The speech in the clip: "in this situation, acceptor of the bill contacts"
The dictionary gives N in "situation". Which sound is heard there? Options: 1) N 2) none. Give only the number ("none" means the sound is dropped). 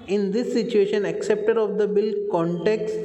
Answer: 1